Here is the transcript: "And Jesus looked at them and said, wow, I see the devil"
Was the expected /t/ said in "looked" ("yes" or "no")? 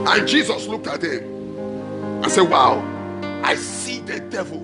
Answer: yes